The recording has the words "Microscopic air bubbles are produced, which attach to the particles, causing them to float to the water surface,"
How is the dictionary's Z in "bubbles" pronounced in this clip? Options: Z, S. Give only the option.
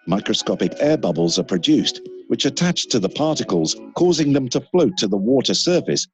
Z